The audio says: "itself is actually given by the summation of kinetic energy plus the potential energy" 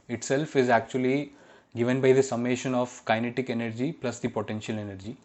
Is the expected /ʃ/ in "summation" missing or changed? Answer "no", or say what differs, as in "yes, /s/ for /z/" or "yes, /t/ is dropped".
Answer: no